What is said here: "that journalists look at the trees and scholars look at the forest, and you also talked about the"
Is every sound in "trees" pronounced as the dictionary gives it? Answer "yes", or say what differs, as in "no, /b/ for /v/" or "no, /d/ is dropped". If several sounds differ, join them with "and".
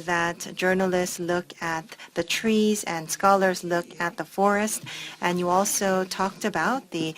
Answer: yes